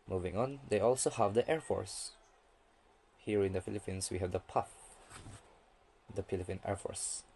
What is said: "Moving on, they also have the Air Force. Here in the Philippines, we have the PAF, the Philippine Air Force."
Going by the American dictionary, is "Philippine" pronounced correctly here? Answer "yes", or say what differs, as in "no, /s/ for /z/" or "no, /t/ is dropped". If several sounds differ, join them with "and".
no, /p/ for /f/